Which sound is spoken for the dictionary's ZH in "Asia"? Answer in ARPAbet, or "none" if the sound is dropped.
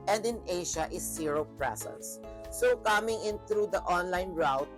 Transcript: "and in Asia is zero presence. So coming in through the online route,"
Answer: SH